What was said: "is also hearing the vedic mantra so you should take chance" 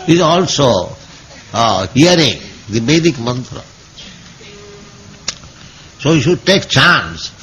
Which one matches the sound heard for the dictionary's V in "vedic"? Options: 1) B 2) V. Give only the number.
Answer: 1